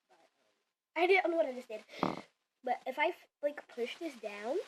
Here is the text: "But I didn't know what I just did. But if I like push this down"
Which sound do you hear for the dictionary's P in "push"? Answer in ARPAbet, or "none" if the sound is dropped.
P